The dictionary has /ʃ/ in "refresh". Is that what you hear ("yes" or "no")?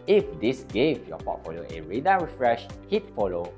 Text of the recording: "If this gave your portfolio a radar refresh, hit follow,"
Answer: yes